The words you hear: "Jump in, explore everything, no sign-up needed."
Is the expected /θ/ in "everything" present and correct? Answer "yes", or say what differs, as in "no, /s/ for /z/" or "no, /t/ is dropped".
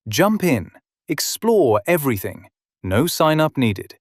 yes